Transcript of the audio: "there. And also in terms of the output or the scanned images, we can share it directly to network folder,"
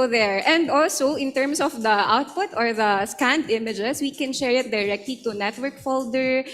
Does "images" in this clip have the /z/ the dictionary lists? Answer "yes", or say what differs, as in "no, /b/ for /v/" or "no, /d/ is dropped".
no, /s/ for /z/